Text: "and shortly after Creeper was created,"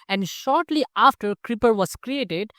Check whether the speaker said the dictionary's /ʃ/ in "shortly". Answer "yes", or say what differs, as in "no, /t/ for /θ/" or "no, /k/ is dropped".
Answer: yes